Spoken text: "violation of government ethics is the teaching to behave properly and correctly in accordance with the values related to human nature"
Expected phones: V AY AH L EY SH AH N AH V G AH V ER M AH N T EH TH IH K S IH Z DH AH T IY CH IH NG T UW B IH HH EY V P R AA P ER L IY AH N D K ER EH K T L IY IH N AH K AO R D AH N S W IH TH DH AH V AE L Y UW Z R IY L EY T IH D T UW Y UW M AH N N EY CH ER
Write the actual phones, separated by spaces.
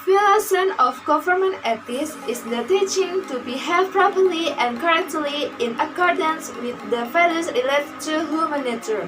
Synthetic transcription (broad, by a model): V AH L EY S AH N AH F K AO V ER M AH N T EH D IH S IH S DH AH T IY CH IH NG T UW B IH HH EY P R AA P ER L IY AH N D K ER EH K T L IY IH N AH K AO R D AH N S W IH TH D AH F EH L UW S R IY L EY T T UW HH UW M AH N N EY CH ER